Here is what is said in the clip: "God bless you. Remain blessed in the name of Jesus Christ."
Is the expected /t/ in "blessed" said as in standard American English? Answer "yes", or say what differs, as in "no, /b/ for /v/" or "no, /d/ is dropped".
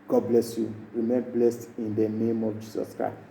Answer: yes